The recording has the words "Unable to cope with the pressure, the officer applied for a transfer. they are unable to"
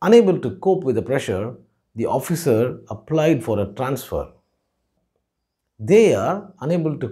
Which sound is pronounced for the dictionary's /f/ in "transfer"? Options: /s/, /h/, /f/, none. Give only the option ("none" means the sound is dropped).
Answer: /f/